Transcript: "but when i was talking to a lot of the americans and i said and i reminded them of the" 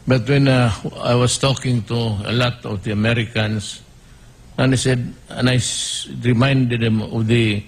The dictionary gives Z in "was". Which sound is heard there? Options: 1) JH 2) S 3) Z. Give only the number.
2